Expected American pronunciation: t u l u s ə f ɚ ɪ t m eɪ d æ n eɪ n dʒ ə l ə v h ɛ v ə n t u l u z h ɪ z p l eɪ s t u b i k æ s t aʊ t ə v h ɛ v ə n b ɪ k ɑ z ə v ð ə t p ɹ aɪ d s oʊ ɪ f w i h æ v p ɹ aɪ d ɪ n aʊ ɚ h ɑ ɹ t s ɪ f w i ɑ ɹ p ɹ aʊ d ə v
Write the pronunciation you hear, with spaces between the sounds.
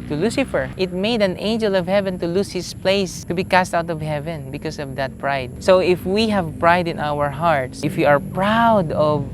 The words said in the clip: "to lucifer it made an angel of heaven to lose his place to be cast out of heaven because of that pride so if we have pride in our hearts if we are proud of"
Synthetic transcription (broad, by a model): t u l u s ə f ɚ ɪ t m eɪ d æ n eɪ n dʒ ə l ə v h ɛ v ə n t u l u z h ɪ s p l eɪ s t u b i k æ s t aʊ t ə v h ɛ v ə n b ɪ k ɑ s ə v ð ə t p ɹ aɪ d s oʊ ɪ f w i h æ v p ɹ aɪ d ɪ n aʊ ɚ h ɑ ɹ t s ɪ f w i ɑ ɹ p ɹ aʊ d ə v